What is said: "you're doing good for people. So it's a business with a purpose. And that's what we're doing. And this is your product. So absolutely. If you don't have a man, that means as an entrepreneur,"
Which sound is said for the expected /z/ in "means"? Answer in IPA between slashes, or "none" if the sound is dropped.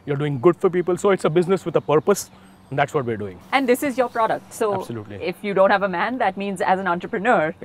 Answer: /z/